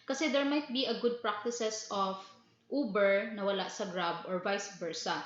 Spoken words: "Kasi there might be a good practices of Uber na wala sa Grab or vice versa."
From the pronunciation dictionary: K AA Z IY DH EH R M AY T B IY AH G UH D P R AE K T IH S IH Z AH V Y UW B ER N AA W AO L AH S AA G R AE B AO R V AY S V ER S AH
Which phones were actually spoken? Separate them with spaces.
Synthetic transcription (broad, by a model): K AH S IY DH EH R M AY T B IY AH G UH D P R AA K T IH S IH S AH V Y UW B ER N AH W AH L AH S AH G R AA B AO R V AY S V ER S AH